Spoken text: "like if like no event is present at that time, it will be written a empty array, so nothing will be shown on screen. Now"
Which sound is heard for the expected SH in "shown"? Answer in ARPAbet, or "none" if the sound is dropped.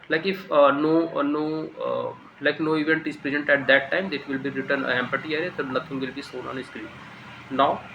S